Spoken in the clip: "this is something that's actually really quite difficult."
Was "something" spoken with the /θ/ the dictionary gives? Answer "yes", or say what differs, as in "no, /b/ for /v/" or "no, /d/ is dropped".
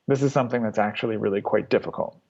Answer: yes